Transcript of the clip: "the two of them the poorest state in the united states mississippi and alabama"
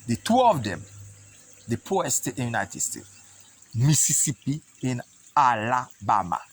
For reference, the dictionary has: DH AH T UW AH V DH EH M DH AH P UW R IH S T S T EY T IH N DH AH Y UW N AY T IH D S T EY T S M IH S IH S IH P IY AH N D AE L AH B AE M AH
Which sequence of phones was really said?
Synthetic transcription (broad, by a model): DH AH T UW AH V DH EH M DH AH P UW IH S S T EY T IH N Y UW N AY T IH D S T EY T S M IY S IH S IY P IY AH N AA L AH B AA M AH